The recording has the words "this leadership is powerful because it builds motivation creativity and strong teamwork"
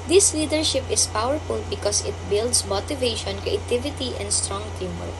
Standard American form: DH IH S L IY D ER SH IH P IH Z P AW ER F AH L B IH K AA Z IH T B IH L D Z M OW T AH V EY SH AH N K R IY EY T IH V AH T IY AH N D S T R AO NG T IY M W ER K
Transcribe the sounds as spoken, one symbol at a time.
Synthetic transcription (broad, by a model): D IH S L IY D ER SH IH P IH S P AW ER F AH L B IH K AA S IH T B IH L D S M OW T AH V EY SH AH N K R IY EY T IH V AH T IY AH N D S T R AO NG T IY M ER